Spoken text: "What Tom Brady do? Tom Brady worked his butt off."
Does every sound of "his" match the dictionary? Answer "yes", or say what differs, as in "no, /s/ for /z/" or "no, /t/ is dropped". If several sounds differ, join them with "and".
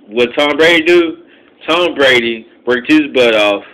yes